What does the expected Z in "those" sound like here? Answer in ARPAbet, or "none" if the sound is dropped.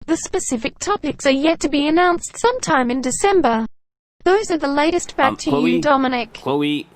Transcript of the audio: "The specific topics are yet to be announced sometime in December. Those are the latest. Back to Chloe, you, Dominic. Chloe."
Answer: Z